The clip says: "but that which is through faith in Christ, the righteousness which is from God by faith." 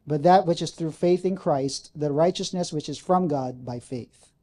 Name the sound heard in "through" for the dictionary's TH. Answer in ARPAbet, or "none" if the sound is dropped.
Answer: TH